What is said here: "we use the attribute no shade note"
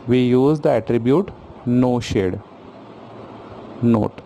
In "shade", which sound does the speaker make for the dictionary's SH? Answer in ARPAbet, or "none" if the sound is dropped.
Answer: SH